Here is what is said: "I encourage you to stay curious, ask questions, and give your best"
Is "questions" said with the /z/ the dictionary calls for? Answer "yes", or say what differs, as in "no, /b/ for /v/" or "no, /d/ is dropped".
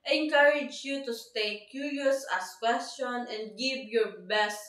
no, /z/ is dropped